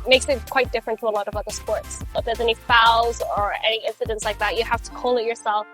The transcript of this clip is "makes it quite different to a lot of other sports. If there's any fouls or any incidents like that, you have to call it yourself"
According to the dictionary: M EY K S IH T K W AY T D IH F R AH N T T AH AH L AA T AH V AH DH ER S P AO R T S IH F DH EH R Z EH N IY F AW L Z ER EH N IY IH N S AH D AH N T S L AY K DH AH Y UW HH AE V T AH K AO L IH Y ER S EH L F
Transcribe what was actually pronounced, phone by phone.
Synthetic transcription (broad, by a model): M EY K S IH T K W AY T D IH F R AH N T T AH AH L AA T AH V AH DH ER S P AO R T S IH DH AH R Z EH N IY F AW Z ER EH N IY IH N S AH D AH N T S L AY K DH AH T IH HH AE F T AH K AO L IH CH ER S EH L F